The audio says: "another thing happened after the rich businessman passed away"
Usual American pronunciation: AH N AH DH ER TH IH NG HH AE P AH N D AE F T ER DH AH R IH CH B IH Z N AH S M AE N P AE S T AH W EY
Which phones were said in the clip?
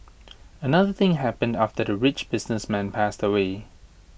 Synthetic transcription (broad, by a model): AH N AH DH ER TH IH NG HH AE P AH N D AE F T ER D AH R IH CH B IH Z N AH S M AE N P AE S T AH W EY